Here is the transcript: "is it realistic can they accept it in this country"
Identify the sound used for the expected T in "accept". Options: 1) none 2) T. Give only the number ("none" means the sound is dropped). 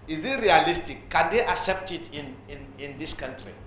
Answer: 2